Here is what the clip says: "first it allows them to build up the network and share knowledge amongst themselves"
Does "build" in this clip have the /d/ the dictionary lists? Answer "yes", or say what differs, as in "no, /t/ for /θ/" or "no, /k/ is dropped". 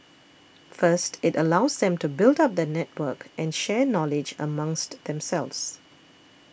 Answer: yes